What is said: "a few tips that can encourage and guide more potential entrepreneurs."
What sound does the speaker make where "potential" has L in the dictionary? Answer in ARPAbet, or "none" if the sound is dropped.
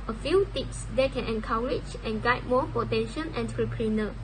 N